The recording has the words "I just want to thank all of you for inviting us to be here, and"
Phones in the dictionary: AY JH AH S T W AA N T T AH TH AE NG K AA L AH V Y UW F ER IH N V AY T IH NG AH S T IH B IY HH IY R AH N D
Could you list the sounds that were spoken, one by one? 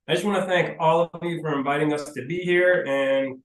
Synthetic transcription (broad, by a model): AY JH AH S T W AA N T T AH TH AE NG K AA L AH V Y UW F ER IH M V AY T IH NG AH S T IH B IY HH IY R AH N